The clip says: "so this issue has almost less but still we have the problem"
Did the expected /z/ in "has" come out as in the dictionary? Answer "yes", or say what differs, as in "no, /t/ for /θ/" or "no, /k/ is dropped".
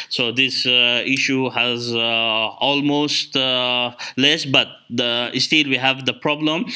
yes